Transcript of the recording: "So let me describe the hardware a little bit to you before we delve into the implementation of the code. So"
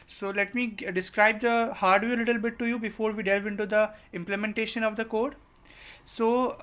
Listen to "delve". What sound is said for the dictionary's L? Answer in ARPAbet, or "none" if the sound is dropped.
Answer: L